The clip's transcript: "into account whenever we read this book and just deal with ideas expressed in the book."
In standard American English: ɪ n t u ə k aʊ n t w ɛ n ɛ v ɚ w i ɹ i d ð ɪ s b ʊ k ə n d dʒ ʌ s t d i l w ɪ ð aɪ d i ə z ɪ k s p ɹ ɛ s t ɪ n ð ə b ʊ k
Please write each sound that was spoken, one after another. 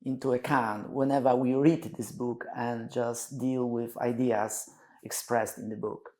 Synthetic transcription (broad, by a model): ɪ n t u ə k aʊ n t w ɛ n ɛ v ɚ w i ɹ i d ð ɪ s b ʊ k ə n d dʒ ʌ s t d i l w ɪ ð aɪ d i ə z ɪ k s p ɹ ɛ s t ɪ n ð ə b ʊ k